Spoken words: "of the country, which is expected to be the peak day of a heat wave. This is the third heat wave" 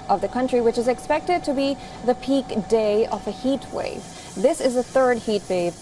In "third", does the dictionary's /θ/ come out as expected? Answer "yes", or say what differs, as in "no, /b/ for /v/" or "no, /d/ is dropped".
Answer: yes